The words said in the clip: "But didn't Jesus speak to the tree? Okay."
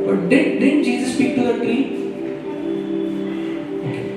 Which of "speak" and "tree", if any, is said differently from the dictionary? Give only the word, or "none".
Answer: tree